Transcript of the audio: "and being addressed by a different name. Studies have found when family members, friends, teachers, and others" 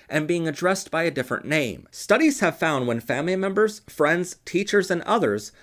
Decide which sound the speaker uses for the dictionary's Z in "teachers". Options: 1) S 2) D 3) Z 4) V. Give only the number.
3